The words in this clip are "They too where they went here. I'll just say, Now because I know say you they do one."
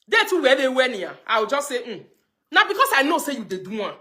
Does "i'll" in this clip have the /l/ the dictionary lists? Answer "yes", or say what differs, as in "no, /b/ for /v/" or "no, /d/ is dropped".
no, /w/ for /l/